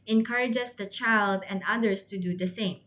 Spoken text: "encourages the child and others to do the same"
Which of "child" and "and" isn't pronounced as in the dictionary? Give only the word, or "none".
none